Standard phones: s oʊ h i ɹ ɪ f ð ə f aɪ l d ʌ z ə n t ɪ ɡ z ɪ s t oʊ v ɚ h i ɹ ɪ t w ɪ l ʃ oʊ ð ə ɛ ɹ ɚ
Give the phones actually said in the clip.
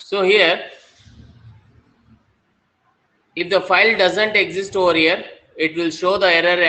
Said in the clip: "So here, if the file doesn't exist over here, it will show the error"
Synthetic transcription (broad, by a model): s oʊ h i ɹ ɪ f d ə f aɪ l d ʌ z ə n t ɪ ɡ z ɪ s t oʊ v ɚ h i ɹ ɪ t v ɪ l ʃ oʊ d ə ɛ ɹ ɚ